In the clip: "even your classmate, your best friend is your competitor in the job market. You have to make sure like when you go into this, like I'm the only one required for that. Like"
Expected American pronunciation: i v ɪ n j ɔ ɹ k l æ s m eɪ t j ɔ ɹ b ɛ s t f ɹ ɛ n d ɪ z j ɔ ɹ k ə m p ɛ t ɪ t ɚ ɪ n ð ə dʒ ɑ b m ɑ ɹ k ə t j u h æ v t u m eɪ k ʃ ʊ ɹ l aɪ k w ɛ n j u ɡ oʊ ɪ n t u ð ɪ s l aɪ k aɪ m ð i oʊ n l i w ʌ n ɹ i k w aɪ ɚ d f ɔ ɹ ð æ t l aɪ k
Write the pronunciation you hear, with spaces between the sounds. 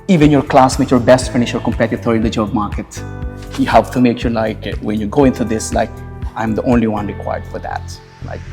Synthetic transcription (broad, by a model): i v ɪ n j ɔ ɹ k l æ s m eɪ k j ɔ ɹ b ɛ s t f ɪ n ɪ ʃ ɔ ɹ k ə m p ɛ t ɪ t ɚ ɪ n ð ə dʒ ɑ b m ɑ ɹ k ə t j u h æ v t u m eɪ k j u l aɪ k w ɛ n j u ɡ oʊ ɪ n t u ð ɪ s l aɪ k aɪ m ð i oʊ n l i w ʌ n ɹ i k w aɪ ɚ d f ɔ ɹ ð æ t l aɪ k